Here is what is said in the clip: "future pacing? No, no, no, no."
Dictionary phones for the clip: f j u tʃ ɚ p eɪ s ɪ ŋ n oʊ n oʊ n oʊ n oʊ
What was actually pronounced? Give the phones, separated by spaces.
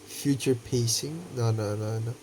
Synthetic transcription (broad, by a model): f j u tʃ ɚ p eɪ s ɪ ŋ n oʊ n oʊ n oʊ n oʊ